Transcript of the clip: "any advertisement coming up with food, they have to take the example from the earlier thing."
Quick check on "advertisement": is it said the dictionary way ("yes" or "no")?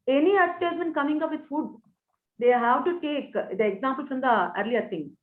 no